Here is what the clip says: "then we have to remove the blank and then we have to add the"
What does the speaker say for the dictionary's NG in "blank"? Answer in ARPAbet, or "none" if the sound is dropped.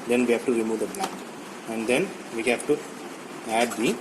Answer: none